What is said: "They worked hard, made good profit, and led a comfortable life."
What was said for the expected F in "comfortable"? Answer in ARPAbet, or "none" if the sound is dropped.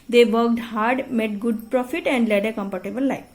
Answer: P